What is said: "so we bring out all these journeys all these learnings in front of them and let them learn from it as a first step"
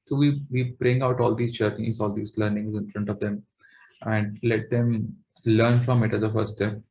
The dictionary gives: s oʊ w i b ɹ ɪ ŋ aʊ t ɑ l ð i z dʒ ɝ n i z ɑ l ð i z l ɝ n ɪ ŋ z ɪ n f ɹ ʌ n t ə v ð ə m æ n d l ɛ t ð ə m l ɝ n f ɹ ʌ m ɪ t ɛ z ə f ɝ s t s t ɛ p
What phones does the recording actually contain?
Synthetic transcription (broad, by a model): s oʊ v i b ɹ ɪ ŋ aʊ t ɑ l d i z tʃ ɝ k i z ɑ l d i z l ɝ n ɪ ŋ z ɪ n f ɹ ʌ n t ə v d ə m æ n d l ɛ t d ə m l ɝ n f ɹ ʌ m ɪ t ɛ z ə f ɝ t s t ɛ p